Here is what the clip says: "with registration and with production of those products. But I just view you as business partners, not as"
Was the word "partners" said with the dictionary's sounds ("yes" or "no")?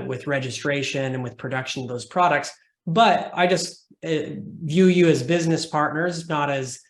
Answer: yes